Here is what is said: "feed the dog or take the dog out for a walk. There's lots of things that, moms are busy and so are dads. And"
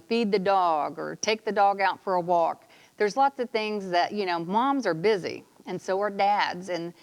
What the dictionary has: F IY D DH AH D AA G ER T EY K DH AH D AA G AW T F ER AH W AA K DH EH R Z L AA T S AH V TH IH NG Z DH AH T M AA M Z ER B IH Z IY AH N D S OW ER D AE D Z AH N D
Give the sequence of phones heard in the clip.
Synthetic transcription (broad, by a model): F IY D DH AH D AA G ER T EY K DH AH D AA G AW T F ER AH W AA K DH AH R Z L AA T S AH V TH IH NG Z DH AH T M AA M Z ER B IH Z IY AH N S OW ER D AE D Z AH N